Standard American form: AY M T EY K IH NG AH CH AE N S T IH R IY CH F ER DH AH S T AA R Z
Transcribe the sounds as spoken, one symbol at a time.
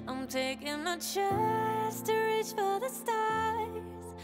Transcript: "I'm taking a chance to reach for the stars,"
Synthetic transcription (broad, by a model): AY M T EY K IH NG AH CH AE S T IH R IY CH F ER DH AH S T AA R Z